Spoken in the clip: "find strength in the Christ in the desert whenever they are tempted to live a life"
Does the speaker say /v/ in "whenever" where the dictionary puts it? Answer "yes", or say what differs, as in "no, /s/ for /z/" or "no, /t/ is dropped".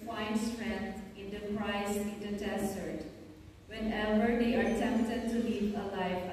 no, /b/ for /v/